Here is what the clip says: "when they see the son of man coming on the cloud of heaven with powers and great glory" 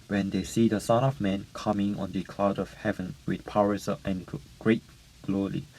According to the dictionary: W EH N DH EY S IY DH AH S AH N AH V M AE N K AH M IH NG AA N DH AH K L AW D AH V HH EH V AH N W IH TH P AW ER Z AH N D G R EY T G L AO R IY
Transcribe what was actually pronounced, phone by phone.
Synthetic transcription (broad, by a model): W EH N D EY S IY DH AH S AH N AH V M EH N K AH M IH NG AA N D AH K L AW D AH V HH EH V AH N W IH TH P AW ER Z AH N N G R EY T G L AO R IY